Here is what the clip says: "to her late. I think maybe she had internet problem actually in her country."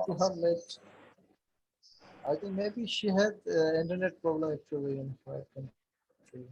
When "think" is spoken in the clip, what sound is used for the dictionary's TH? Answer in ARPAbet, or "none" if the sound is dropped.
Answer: T